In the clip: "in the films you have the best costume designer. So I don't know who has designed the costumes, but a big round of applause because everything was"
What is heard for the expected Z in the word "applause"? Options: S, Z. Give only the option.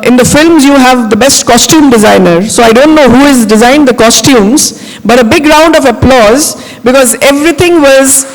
Z